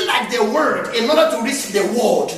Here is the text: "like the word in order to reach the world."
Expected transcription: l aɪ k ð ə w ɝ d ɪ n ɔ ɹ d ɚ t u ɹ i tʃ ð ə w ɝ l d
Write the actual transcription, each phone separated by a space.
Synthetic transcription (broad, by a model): l aɪ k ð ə w ɝ d ɪ n ɔ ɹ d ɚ t u ɹ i s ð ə w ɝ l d